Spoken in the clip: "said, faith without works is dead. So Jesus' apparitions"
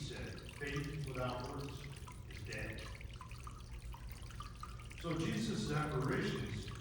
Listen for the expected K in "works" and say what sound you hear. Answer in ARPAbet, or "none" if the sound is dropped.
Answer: none